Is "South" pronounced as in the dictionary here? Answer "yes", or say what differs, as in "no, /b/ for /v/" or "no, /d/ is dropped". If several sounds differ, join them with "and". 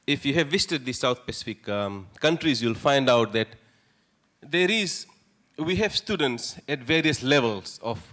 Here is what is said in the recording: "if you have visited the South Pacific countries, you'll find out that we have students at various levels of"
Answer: no, /t/ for /θ/